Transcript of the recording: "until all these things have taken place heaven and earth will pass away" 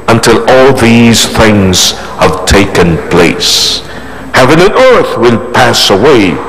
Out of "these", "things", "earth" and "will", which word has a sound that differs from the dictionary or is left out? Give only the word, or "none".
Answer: none